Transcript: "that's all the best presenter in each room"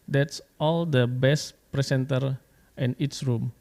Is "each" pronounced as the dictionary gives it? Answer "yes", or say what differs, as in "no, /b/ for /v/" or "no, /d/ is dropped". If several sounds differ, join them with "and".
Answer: no, /s/ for /tʃ/